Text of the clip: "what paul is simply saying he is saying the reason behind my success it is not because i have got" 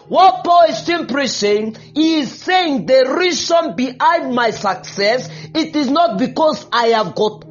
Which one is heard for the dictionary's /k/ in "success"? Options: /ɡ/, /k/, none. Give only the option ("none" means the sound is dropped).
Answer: /k/